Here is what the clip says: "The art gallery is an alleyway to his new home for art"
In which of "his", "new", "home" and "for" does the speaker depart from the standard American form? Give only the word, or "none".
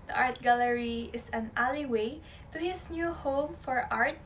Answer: his